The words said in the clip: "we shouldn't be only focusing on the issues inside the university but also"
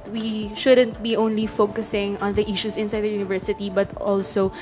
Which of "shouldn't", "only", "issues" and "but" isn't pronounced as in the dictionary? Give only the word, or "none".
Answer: issues